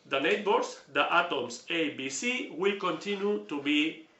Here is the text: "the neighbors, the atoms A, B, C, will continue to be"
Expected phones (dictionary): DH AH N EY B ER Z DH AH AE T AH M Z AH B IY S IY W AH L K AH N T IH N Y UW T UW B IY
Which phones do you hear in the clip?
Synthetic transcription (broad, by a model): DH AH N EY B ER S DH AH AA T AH M S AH B IY S IY W AH L K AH N T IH N Y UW T UW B IY